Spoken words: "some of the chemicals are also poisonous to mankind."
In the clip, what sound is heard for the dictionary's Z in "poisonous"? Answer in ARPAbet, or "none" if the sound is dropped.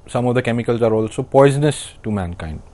Z